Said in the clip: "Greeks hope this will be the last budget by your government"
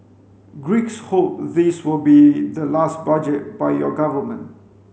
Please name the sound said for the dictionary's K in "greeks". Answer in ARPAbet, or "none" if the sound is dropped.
K